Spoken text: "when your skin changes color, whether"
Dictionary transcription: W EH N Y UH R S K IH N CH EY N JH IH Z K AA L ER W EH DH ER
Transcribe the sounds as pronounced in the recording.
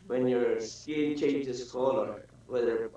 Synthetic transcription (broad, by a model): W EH N Y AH R S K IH L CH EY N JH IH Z K AA L ER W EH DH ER